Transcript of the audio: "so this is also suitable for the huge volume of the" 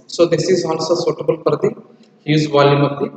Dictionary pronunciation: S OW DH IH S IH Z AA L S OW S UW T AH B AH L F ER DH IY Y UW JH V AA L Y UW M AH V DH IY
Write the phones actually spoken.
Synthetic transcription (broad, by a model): S OW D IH S IH Z AA L S OW S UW T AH B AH L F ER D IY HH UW Z V AA L Y UW M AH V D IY